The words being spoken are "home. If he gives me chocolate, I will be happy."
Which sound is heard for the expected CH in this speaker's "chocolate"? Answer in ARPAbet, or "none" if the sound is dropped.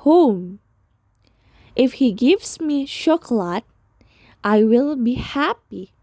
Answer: SH